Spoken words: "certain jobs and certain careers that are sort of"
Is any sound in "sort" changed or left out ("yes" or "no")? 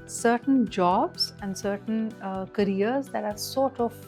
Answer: no